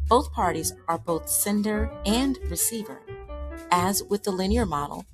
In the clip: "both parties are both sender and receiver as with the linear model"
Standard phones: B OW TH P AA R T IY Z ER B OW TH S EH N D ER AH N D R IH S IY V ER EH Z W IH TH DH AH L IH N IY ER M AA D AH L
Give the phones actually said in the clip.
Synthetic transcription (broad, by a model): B OW TH P AA R T IY Z ER B OW TH S EH N D ER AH N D R IH S IY V ER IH Z W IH DH AH L IH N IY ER M AA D L